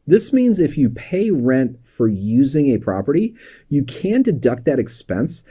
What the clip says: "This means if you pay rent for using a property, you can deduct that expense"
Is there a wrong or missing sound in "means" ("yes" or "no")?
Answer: no